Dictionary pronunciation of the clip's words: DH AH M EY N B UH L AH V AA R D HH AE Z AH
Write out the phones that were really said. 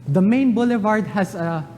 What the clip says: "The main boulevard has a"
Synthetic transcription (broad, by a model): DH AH M EY N B UH L AH V AA R D HH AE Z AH